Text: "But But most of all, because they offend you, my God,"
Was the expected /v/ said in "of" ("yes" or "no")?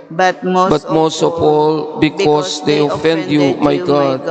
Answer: no